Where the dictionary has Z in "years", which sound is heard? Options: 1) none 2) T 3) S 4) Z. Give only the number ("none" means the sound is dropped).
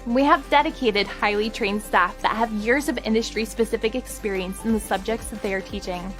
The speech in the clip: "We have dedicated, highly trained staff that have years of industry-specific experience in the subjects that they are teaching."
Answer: 4